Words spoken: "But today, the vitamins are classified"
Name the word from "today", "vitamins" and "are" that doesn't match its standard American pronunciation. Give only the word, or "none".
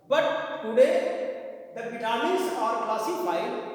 vitamins